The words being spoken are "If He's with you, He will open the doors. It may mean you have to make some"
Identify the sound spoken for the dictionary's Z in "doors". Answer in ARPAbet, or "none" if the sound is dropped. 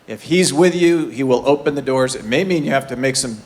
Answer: Z